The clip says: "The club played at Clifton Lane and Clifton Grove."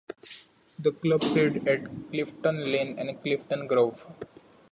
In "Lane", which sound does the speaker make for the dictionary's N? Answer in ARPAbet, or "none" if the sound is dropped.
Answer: N